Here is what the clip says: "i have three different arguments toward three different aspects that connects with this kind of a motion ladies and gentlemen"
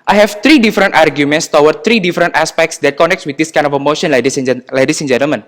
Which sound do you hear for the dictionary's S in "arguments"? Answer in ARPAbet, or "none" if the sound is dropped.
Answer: S